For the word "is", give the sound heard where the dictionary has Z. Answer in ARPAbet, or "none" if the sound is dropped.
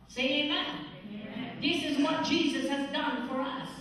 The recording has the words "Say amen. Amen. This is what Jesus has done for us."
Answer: Z